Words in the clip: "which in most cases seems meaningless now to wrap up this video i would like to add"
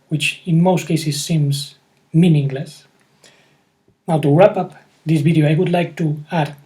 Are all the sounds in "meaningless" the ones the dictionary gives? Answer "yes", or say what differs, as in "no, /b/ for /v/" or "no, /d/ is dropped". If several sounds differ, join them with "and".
yes